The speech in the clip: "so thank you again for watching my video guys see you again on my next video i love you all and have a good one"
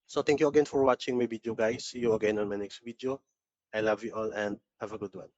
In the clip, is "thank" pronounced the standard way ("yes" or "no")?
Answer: no